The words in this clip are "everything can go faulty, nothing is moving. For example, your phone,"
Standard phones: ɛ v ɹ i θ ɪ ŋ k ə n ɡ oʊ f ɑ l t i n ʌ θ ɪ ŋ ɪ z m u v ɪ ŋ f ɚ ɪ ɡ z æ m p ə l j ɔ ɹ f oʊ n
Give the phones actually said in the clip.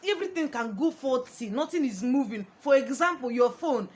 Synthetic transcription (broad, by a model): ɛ v ɹ i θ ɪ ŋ k ə n ɡ oʊ f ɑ t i n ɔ t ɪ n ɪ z m u v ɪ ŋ f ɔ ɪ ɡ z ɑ m p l j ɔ f oʊ n